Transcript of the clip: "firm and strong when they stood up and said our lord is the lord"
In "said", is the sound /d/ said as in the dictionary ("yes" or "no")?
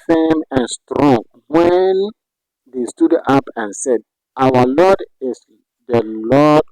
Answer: yes